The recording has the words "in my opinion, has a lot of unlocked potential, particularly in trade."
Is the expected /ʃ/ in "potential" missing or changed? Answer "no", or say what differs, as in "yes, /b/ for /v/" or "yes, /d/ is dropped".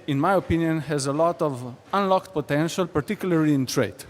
no